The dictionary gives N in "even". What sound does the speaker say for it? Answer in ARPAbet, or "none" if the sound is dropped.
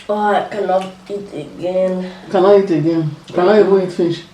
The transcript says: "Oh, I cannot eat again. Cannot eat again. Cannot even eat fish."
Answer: none